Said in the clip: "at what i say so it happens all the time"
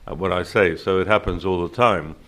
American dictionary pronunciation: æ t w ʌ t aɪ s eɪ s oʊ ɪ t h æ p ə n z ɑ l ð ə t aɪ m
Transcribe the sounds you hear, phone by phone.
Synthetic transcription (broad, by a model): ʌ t w ʌ t aɪ s eɪ s oʊ ɪ t h æ p ə n z ɑ l ð ə t aɪ m